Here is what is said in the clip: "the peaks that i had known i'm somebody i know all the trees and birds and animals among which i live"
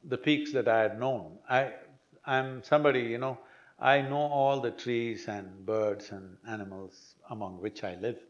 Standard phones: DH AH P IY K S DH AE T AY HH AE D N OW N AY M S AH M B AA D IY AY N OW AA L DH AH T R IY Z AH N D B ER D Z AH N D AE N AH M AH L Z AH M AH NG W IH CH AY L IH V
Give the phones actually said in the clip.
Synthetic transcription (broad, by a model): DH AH P IY K S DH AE T AY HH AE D N OW N AY M S AH M B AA D IY AY N OW AA L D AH T R IY Z AH N D B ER D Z AH N D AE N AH M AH L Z AH M AH NG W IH CH AY L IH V